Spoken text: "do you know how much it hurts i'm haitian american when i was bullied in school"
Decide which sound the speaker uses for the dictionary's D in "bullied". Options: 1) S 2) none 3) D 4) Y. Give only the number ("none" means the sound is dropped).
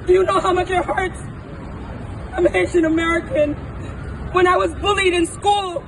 3